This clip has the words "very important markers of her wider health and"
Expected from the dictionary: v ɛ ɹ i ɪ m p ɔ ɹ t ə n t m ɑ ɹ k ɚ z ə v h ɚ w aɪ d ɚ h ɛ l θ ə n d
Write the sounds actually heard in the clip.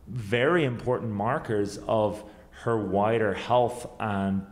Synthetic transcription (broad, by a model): v ɛ ɹ i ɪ m p ɔ ɹ t n m ɑ ɹ k ɚ z ə v h ɚ w aɪ d ɚ h ɛ l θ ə n